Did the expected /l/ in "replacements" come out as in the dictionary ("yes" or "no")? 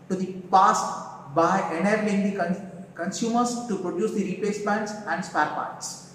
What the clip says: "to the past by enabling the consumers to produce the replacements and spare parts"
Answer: no